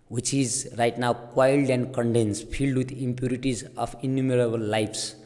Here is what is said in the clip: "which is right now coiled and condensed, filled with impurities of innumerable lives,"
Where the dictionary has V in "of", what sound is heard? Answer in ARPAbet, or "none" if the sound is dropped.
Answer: P